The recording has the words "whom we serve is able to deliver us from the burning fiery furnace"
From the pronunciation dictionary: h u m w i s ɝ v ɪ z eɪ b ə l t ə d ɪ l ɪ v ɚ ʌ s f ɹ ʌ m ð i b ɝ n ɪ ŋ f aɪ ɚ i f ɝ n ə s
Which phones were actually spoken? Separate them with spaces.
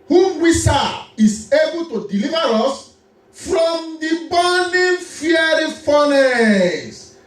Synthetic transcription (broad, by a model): h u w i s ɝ ɪ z eɪ b ə l t ə d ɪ l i v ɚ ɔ s f ɹ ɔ m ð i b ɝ n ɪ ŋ f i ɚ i f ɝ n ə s